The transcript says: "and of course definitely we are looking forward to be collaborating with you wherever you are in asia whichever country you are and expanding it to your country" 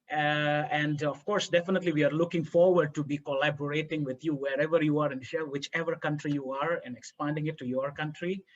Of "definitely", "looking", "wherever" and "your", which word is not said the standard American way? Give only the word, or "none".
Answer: none